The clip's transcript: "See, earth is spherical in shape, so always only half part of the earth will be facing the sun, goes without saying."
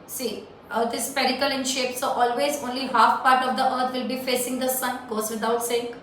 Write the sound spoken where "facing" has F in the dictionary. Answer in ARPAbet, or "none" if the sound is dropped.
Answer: F